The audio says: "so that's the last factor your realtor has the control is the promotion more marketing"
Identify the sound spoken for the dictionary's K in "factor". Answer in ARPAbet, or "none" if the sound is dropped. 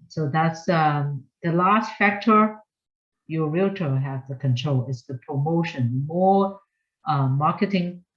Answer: K